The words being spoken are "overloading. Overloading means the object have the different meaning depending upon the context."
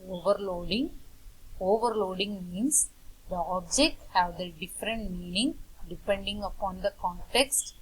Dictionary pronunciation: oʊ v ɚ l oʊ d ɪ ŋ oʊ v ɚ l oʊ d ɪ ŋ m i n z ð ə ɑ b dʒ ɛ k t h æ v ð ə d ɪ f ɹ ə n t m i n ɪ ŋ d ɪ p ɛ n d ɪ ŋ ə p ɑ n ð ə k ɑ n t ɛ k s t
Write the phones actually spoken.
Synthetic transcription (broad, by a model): oʊ v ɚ l oʊ d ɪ ŋ oʊ v ɚ l oʊ d ɪ ŋ m i n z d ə ɑ b dʒ ɛ k t h æ v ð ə d ɪ f ɹ ə n t m i n ɪ ŋ d ɪ p ɛ n d ɪ ŋ ə p ɑ n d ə k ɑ n t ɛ k s t